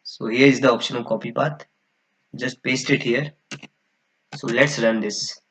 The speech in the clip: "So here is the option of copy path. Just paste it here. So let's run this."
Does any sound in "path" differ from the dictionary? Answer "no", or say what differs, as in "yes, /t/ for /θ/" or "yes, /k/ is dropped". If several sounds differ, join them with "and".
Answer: yes, /b/ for /p/ and /t/ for /θ/